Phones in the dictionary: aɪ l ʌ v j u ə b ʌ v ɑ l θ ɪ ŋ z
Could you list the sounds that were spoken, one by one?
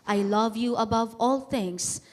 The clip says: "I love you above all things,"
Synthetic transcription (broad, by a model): aɪ l ʌ v j u ə b ʌ v ɑ l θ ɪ ŋ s